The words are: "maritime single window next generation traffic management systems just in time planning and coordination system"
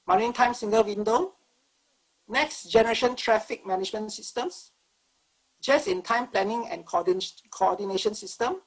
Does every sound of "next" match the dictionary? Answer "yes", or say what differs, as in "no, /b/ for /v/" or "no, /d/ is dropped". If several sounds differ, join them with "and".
yes